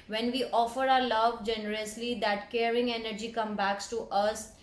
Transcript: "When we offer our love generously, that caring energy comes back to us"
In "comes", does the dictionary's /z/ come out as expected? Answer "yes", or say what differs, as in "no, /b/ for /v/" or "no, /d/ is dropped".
no, /z/ is dropped